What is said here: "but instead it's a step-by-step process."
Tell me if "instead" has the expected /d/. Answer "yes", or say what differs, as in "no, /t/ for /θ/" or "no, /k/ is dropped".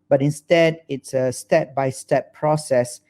yes